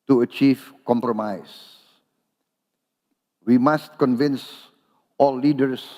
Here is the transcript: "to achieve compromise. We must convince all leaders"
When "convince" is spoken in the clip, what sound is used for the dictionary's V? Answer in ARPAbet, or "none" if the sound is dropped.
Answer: V